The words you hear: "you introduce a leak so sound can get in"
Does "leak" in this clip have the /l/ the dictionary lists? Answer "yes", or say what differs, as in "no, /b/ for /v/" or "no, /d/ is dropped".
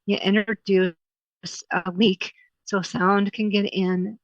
no, /w/ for /l/